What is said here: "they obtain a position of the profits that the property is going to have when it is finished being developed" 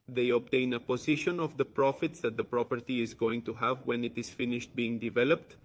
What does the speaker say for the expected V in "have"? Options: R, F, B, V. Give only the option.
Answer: V